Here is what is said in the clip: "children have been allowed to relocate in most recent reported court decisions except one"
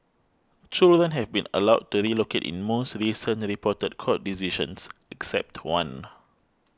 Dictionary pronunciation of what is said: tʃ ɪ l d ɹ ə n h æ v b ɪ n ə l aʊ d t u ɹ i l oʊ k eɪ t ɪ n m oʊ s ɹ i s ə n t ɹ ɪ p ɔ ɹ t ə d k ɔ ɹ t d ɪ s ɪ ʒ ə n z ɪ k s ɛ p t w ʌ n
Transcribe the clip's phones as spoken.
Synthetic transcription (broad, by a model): tʃ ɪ l d ɹ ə n h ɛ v b ɪ n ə l aʊ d t u ɹ i l oʊ k eɪ t ɪ n m oʊ s ɹ i s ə n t ɹ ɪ p ɔ t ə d k ɔ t d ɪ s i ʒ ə n s ɪ k s ɛ p t w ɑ n